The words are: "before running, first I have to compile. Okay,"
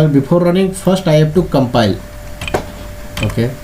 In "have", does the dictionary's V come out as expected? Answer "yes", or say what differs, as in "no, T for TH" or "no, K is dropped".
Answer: no, P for V